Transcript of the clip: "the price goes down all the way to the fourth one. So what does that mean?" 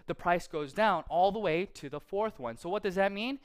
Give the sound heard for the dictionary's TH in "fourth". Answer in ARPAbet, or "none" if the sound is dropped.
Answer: TH